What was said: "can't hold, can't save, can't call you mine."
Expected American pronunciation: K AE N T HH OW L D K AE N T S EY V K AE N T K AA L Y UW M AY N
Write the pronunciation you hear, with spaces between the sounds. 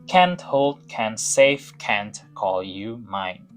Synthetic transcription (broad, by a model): K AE N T HH OW L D K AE N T S EY F K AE N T K AA L Y UW M AY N